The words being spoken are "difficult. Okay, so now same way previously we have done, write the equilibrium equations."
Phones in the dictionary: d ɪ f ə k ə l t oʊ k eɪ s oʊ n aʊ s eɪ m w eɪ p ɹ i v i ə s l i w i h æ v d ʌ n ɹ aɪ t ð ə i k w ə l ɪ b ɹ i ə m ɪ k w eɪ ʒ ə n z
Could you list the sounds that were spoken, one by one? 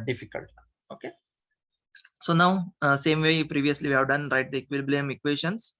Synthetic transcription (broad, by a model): d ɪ f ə k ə l t oʊ k eɪ s oʊ n aʊ s eɪ m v eɪ p ɹ i v i ə s l i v i h æ v d ʌ n ɹ aɪ t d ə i k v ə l b l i m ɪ k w eɪ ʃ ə n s